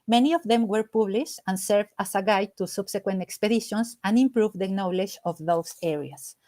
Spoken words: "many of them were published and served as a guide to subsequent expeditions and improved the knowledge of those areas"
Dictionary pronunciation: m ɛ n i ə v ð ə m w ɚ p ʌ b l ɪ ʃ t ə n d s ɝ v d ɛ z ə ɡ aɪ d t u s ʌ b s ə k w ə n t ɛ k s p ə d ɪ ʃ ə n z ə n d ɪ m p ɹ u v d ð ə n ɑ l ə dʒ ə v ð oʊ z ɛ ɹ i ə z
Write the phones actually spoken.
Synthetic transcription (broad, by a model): m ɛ n i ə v ð ə m w ɚ p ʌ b l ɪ ʃ t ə n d s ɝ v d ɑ s ə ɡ aɪ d t u s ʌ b s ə k w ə n t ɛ k s p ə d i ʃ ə n s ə n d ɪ m p ɹ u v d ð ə n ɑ l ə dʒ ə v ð oʊ s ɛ ɹ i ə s